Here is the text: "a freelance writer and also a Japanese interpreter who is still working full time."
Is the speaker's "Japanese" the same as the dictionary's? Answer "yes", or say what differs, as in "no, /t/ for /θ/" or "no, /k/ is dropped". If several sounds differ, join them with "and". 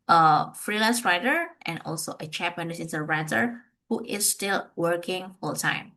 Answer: no, /tʃ/ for /dʒ/ and /s/ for /z/